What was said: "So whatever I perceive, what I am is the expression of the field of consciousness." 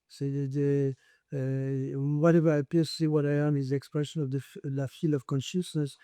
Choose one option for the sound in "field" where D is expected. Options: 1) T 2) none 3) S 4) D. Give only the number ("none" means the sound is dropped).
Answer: 2